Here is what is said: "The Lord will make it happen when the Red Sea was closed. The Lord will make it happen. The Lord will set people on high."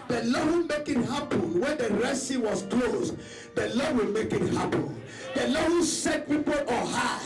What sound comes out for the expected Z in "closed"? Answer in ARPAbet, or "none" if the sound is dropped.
S